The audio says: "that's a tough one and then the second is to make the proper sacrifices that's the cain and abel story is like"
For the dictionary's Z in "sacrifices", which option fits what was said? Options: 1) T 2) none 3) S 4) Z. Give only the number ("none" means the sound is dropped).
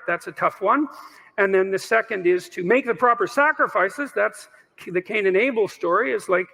4